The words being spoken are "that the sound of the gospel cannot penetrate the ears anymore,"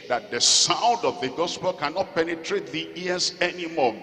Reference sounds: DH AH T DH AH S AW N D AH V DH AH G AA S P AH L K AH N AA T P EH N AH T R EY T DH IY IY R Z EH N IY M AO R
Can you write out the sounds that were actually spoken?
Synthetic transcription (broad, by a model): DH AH T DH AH S AW N D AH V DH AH G AA S P AH L K AH N AA T P EH N AH T R EY T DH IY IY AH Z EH N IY M AO